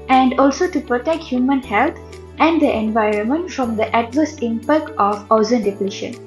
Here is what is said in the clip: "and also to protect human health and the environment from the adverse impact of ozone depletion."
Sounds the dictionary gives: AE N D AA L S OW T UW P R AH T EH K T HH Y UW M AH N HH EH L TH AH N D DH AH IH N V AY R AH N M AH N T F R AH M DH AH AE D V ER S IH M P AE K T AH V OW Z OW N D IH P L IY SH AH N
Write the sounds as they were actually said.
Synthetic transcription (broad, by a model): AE N D AA L S OW T UW P R AH T EH K T HH Y UW M AH N HH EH L T AH N D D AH IH N V AY R AH N M AH N T F R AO M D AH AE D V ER S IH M P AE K T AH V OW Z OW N D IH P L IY SH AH N